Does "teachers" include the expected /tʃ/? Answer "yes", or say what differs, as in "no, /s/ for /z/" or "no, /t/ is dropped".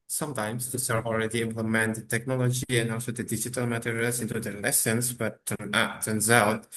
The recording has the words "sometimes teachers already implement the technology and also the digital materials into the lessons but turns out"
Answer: no, /s/ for /tʃ/